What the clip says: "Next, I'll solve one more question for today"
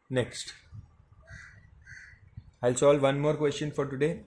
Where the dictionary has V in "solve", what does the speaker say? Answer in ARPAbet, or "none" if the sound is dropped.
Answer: V